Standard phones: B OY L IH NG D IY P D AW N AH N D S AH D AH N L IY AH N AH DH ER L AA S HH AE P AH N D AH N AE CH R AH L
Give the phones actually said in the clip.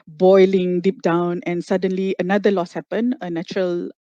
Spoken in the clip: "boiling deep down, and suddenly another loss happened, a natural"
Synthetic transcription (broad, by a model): B OY L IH NG D IY P D AW N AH N S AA D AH N L IY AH N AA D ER L AA S HH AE P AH N AH N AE CH R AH L